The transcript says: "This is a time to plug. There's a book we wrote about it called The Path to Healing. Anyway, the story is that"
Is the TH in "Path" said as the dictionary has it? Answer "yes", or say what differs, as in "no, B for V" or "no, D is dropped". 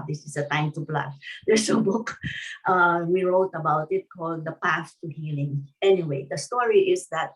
no, S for TH